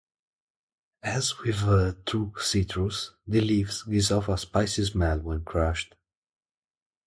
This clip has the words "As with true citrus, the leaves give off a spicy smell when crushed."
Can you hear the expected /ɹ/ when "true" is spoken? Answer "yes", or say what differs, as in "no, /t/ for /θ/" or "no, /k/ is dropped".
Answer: no, /ɹ/ is dropped